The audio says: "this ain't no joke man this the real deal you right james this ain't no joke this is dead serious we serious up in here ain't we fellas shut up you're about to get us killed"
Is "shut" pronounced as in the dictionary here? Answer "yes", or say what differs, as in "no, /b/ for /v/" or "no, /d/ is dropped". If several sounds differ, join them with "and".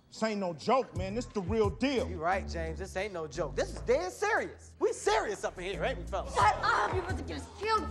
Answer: no, /t/ is dropped